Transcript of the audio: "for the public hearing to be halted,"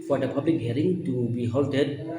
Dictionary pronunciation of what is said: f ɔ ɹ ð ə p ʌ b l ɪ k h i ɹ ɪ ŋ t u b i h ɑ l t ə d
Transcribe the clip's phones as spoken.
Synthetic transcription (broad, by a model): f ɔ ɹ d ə p ʌ b l ɪ k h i ɹ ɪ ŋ t u b i h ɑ l t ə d